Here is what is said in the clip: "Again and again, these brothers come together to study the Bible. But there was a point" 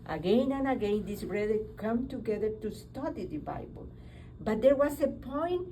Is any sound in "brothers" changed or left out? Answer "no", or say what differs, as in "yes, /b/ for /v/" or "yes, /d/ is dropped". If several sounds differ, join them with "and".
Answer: yes, /z/ is dropped